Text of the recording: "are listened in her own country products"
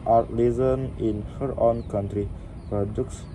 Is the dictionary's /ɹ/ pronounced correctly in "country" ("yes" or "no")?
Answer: yes